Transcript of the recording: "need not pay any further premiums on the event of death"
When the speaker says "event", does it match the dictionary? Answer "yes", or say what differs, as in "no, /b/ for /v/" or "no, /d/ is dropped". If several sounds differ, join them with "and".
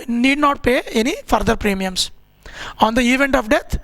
yes